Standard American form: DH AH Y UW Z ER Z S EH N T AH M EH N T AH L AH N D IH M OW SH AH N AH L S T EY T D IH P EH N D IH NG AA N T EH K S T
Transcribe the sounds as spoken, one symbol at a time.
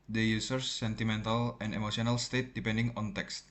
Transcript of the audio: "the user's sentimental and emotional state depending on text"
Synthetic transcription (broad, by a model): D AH Y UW S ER S EH N T AH M EH N T AH L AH N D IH M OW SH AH N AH L S T EY T D IH P EH N D IH NG AA N T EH K S T